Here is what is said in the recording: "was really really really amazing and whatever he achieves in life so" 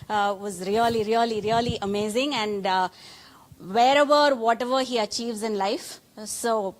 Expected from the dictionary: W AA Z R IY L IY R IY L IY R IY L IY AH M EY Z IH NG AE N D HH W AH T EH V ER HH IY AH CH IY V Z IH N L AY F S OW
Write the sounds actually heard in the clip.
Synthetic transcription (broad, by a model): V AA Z R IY L IY R IY L IY R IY L IY AH M EY Z IH NG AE N D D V AH T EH V ER HH IY AH CH IY V Z IH N L AY F S OW